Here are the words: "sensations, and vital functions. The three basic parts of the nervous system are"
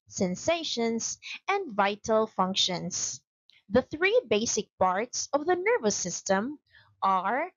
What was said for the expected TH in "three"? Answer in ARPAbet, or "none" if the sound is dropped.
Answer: TH